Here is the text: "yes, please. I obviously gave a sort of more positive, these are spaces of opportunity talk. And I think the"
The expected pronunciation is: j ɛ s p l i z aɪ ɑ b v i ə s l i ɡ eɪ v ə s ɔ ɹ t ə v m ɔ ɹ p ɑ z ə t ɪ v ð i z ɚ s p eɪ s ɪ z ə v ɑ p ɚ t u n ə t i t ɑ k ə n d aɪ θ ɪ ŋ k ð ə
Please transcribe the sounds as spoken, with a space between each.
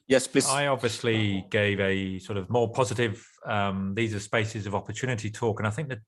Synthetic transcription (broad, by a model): j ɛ s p l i aɪ ɑ b v i ə s l i ɡ eɪ v ə s ɔ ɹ t ə v m ɔ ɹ p ɑ z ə t ɪ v ð i z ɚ s p eɪ s ɪ z ə v ɑ p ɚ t u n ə t i t ɑ k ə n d aɪ θ ɪ ŋ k ð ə